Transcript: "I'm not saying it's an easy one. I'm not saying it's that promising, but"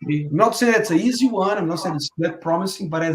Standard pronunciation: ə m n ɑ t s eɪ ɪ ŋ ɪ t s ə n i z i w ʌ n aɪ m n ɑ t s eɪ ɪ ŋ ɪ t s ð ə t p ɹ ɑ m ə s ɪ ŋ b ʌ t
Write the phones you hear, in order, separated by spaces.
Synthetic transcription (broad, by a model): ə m n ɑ t s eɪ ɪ ɪ t s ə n i z i w ʌ n aɪ m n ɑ t s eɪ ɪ ɪ t s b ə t p ɹ ɑ m ə s ɪ ŋ b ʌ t